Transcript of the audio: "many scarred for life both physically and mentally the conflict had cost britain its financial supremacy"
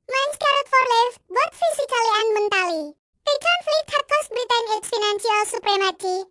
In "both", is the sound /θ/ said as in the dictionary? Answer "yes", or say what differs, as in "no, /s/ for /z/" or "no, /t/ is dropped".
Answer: no, /t/ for /θ/